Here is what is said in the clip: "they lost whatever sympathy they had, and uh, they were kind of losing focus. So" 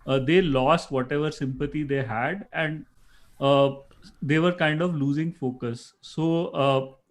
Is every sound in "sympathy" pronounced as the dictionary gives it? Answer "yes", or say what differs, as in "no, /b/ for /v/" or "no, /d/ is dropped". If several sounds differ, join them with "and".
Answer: no, /t/ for /θ/